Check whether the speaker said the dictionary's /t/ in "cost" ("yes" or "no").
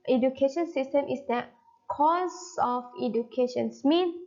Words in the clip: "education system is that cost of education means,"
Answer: no